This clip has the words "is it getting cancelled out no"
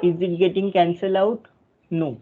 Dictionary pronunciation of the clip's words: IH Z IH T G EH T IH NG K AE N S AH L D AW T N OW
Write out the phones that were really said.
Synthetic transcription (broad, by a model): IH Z IH T G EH T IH NG K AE N S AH L AW T N OW